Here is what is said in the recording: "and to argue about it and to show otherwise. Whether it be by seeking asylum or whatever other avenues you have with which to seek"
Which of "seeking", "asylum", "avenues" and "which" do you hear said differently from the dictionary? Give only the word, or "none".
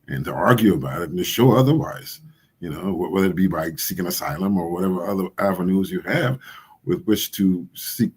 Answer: none